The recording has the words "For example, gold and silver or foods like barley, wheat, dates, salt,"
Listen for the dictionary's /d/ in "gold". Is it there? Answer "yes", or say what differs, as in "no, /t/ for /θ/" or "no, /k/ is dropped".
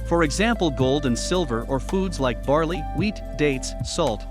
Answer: yes